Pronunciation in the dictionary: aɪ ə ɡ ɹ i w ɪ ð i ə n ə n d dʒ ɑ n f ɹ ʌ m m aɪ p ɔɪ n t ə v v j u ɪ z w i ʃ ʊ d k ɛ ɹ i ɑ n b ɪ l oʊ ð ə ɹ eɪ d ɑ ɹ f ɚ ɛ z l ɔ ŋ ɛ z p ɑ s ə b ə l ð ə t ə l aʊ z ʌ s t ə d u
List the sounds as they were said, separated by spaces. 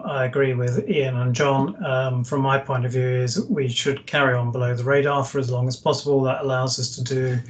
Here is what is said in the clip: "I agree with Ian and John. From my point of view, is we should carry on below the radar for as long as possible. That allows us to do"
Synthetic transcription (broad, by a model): aɪ ə ɡ ɹ i w ɪ ð i ə n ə n dʒ ɑ n f ɹ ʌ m m aɪ p ɔɪ n t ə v v j u ɪ z w i ʃ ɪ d k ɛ ɹ i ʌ n b ɪ l oʊ ð ə ɹ eɪ d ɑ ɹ f ɚ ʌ z l ɔ ŋ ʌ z p ɑ s ə b ə l ð ə t ə l aʊ z ʌ s t ə d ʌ